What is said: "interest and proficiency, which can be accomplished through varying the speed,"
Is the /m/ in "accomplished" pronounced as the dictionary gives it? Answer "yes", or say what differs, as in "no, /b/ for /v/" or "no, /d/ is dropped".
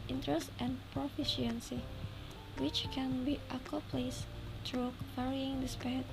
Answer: no, /m/ is dropped